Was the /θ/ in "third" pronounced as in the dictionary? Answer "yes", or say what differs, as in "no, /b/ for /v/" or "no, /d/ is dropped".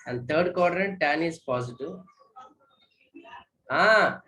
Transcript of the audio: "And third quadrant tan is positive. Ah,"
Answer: no, /t/ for /θ/